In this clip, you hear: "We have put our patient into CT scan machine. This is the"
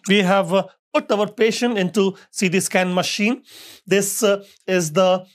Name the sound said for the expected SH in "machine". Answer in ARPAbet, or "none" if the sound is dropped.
SH